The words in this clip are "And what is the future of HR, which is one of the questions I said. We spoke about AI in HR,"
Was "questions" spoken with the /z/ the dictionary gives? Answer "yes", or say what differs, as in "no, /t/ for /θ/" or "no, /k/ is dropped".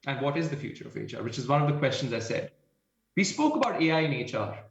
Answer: yes